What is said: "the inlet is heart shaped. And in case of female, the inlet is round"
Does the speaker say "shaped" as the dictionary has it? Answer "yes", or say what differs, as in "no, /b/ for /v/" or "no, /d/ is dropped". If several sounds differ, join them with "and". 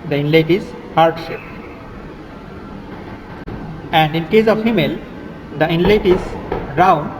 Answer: no, /t/ is dropped